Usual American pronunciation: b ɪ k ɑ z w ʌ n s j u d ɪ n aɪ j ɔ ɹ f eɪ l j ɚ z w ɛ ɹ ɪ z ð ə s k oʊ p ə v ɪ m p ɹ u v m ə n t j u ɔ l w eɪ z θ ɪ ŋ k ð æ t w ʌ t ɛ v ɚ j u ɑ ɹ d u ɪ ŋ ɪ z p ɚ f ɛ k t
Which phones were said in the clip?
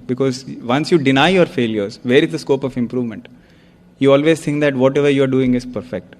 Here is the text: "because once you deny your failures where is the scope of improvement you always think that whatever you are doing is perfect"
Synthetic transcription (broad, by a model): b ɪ k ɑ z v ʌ n s j u d ɪ n aɪ j ɔ ɹ f eɪ l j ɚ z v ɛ ɹ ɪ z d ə s k oʊ p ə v ɪ m p ɹ u v m ə n t j u ɔ l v eɪ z t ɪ ŋ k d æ t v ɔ t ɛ v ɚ j u ɑ ɹ d u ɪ ŋ ɪ z p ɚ f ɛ k t